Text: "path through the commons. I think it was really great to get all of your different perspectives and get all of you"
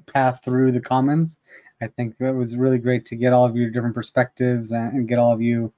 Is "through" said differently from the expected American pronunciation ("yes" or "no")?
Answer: no